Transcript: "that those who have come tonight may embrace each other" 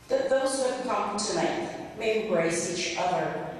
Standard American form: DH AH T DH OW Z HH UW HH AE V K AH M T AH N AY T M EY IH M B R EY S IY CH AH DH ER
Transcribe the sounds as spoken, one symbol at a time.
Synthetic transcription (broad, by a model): DH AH T DH OW Z HH UW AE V K AH M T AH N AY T M EY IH B R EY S IY CH AH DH ER